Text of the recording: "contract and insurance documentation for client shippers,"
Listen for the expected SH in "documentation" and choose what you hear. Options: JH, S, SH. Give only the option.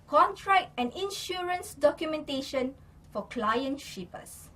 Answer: SH